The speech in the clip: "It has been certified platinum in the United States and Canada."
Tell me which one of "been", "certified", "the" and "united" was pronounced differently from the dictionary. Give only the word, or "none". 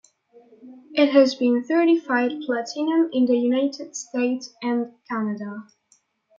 certified